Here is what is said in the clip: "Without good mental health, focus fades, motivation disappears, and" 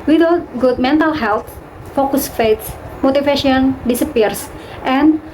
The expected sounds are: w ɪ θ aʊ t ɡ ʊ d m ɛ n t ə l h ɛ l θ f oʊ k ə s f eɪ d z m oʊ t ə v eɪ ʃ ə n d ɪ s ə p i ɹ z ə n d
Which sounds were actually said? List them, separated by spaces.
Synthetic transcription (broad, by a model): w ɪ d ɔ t ɡ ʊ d m ɛ n t ə l h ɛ l t f oʊ k ə s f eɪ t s m oʊ t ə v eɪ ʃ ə n d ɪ s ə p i ɹ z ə n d